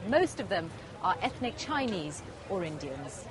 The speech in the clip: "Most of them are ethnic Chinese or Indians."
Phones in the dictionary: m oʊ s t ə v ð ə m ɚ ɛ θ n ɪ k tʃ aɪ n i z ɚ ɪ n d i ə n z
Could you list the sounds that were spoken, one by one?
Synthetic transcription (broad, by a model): m oʊ s t ə v ð ə m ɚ ɛ θ n ɪ k tʃ aɪ n i z ɚ ɪ n d i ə n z